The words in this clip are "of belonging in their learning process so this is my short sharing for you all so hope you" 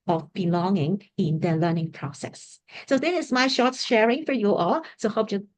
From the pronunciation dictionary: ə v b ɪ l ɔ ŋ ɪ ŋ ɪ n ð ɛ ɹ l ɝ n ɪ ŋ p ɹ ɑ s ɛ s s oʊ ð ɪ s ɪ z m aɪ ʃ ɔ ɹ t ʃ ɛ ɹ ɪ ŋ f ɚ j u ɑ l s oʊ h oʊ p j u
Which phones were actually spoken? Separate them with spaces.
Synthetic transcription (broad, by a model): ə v b ɪ l ɔ ŋ ɪ ŋ ɪ n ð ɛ l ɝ n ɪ ŋ p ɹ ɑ s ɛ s s oʊ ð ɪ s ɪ s m aɪ ʃ ɔ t ʃ ɛ ɹ ɪ ŋ f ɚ j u ɑ l s oʊ h oʊ p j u